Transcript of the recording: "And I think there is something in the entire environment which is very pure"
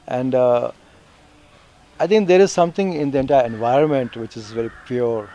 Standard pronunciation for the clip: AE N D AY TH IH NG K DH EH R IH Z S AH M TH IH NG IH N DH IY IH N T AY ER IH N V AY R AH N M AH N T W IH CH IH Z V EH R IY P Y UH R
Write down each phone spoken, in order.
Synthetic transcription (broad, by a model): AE N D AY T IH NG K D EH R IH Z S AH M T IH NG IH N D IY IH N T AY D IH N V AY R AH N M AH N T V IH CH IH Z V EH R IY P Y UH R